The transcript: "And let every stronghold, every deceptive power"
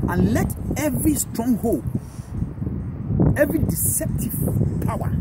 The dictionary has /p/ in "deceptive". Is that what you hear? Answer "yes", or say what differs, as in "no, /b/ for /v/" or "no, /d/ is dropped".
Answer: yes